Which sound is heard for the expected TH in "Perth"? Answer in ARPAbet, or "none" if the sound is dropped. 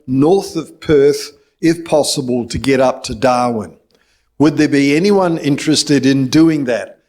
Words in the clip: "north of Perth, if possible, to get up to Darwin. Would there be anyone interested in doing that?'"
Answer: TH